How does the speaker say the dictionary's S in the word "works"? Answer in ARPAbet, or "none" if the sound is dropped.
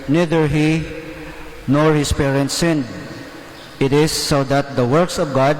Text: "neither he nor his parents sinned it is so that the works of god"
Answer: S